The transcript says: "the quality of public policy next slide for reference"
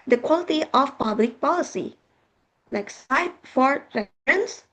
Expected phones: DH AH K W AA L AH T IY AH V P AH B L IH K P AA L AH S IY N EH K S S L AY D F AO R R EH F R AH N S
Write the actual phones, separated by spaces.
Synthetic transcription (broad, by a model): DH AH K W AA L AH T IY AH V P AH B L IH K P AA L AH S IY L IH K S S AY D F AO R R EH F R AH N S